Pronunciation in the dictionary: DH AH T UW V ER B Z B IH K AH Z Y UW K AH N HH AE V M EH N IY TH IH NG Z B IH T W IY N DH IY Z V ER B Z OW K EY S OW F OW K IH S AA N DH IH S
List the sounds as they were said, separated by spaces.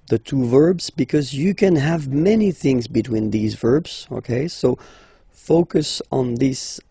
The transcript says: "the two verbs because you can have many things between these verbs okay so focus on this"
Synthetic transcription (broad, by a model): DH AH T UW V ER B Z B IH K AH Z Y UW K AH N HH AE V M EH N IY TH IH NG Z B IH T W IY N DH IY Z V ER B Z OW K EY S OW F OW K IH S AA N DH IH S